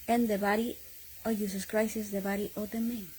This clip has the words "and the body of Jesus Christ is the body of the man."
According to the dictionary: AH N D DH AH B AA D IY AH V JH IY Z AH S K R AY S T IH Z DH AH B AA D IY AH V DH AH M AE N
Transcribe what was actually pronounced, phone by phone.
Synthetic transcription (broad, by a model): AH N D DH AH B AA D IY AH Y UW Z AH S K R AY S IH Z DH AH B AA D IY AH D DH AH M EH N